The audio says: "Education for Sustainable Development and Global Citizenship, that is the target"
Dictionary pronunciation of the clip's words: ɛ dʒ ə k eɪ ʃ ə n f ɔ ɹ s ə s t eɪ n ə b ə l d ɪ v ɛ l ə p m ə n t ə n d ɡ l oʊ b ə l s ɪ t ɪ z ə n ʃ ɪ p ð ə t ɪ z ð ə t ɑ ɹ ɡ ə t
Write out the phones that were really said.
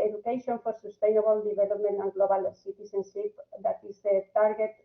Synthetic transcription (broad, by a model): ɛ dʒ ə k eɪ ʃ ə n f ɔ ɹ s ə s t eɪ n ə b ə l d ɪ b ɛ l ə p m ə n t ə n ɡ l oʊ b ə l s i t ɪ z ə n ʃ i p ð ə t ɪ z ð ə t ɑ ɹ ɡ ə t